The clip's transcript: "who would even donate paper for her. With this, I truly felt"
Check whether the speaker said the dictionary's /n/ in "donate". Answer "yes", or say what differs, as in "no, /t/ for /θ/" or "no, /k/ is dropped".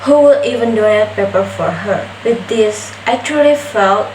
no, /n/ is dropped